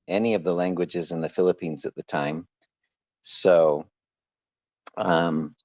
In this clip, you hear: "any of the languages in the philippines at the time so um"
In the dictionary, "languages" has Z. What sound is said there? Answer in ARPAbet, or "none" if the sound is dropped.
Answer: Z